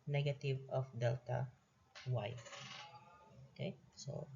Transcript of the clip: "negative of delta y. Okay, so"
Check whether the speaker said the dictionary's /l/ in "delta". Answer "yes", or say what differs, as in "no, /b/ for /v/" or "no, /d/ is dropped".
yes